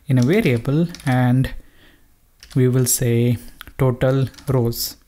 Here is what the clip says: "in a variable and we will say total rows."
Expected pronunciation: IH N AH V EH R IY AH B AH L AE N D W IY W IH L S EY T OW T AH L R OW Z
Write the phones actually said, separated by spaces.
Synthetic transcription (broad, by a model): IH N AH V EH R IY AH B AH L AE N D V IY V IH L S EY T OW T AH L R OW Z